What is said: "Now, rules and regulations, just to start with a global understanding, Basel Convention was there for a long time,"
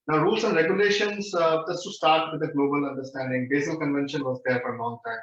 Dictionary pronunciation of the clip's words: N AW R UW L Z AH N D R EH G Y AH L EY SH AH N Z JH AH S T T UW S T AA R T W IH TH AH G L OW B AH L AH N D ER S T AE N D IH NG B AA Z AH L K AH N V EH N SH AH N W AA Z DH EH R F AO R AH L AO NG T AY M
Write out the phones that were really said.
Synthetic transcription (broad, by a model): N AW R UW L S AH N D R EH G Y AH L EY SH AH N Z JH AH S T T UW S T AA R T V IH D AH G L OW B AH L AH N D ER S T AE N D IH NG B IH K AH L K AH N V EH N SH AH N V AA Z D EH R F AO R AH L AO NG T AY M